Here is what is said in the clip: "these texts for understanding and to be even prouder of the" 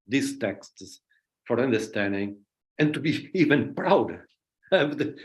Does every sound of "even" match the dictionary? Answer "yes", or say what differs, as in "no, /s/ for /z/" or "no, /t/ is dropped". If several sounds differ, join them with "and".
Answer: yes